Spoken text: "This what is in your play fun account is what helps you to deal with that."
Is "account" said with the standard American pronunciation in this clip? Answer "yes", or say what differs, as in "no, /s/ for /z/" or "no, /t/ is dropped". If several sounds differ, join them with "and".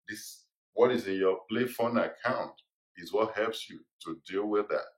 yes